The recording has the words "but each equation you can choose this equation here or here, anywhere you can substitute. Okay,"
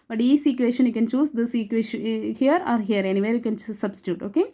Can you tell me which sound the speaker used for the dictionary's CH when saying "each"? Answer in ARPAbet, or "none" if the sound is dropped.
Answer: S